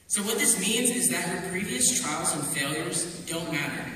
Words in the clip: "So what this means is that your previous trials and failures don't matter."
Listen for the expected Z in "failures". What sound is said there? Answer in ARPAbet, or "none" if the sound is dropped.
Z